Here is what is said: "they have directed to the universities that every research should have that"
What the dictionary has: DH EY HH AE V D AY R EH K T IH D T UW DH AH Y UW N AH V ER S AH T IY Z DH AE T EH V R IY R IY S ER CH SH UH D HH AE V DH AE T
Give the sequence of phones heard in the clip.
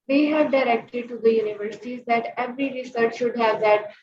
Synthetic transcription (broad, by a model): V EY HH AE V D AY R EH K T IH D T UW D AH Y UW N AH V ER S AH T IY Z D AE T EH V R IY R IY S ER CH SH UH D HH AE V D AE T